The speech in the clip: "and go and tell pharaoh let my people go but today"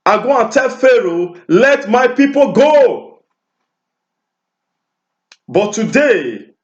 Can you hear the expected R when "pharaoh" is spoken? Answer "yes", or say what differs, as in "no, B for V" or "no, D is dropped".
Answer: yes